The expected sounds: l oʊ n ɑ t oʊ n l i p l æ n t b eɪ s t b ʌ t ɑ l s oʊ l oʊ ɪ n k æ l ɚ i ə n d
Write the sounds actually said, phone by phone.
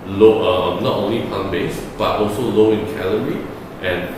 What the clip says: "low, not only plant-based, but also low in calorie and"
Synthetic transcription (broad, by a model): l oʊ n ɑ t oʊ n l i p ɑ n b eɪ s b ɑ t ɑ l s oʊ l oʊ ɪ n k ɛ l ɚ i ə n